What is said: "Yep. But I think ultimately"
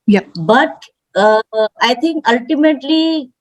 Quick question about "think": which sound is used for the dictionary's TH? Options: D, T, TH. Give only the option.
T